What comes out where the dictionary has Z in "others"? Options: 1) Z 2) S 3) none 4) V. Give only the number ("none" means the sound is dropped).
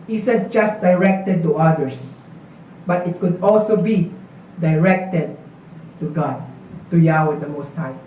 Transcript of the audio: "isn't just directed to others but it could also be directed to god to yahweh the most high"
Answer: 2